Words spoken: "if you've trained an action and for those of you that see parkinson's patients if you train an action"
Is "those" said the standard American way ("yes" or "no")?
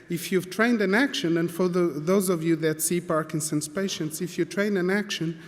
yes